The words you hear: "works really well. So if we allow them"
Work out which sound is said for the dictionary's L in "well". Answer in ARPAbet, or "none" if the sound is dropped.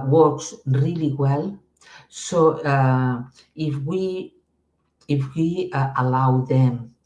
L